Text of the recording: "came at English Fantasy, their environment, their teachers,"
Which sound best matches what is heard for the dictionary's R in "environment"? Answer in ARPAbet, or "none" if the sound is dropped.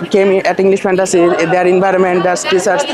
R